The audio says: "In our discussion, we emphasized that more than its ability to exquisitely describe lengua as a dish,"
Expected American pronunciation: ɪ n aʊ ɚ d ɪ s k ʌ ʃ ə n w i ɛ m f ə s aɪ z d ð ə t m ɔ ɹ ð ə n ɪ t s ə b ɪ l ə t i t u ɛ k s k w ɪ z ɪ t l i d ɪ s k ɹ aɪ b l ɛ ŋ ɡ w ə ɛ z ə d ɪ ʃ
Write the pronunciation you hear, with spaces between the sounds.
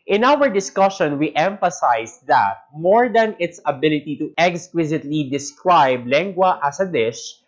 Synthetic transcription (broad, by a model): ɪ n aʊ ɚ d ɪ s k ʌ ʃ ə n w i ɛ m f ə s aɪ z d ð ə t m ɔ ɹ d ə n ɪ t s ə b ɪ l ə t i t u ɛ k s k w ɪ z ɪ t l i d ɪ s k ɹ aɪ b l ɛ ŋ ɡ w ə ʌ s ə d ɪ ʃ